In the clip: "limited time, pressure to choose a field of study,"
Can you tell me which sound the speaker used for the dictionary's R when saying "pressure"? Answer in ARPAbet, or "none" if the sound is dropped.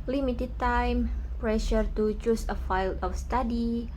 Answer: R